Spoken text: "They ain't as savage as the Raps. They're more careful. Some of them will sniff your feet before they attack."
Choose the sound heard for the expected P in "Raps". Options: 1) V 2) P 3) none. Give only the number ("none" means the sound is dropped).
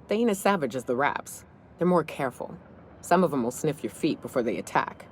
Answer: 2